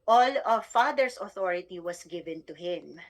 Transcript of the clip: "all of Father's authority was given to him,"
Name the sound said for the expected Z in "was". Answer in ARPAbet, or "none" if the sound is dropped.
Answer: S